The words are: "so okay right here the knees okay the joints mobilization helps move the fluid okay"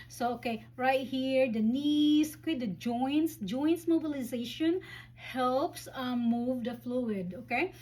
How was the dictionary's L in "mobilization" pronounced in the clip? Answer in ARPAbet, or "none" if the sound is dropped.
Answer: L